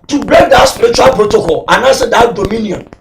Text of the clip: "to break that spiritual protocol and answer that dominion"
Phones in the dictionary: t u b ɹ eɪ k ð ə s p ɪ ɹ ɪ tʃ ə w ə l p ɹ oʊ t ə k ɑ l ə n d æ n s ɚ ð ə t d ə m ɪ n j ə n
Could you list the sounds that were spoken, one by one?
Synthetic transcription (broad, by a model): t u b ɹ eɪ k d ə s p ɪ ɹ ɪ tʃ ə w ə l p ɹ oʊ t ə k ɑ l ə n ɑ s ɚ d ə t d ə m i n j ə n